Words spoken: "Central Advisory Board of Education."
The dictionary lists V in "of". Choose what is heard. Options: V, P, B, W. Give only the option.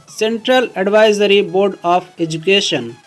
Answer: P